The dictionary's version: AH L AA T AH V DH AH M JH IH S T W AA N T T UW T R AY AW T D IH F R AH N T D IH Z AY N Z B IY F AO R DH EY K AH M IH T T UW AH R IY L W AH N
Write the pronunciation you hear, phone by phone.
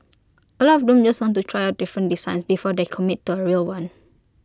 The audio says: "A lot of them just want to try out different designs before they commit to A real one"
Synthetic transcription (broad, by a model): AH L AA AH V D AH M JH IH S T W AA N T T UW T R AY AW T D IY F R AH N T D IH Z AY N S B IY F AO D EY K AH M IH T T UW AH R IY L W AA N